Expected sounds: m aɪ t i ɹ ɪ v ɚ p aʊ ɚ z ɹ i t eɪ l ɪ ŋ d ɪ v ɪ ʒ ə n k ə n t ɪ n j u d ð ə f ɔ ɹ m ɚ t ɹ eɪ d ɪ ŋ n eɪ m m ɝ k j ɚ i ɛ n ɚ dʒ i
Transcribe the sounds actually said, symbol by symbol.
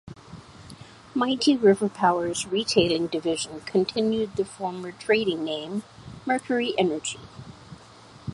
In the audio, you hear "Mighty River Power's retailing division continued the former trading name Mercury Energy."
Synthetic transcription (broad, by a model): m aɪ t i ɹ ɪ v ɚ p aʊ ɚ z ɹ i t eɪ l ɪ ŋ d ɪ v ɪ ʒ ə n k ə n t ɪ n j u d ð ə f ɔ ɹ m ɚ t ɹ eɪ d ɪ ŋ n eɪ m m ɝ k j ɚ i ɛ n ɚ dʒ i